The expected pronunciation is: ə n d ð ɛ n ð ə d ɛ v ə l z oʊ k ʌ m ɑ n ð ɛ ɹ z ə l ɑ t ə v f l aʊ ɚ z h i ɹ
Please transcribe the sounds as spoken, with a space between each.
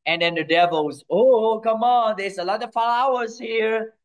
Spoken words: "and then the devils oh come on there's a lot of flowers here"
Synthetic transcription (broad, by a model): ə n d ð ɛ n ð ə d ɛ v ə l z oʊ k ʌ m ɑ n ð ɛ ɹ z ə l ɑ t ə v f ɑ aʊ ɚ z h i ɹ